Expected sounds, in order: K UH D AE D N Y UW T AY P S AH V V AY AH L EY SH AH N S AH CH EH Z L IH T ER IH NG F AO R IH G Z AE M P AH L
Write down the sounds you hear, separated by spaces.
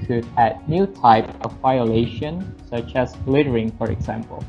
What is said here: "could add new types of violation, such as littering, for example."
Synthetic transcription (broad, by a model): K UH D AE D N Y UW T AY P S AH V V AY AH L EY SH AH N S AH CH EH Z L IH T ER IH NG F AO R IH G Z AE M P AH L